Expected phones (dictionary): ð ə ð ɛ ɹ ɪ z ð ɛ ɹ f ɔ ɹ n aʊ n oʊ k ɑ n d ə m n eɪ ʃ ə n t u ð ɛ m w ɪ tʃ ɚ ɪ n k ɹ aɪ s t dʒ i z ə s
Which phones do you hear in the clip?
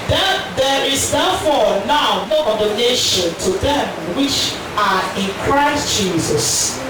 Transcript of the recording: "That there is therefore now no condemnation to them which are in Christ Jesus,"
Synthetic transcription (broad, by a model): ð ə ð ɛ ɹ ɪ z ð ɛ f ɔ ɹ n aʊ n oʊ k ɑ d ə n eɪ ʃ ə n t u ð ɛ m w ɪ tʃ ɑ ɪ n k ɹ aɪ s t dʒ i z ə s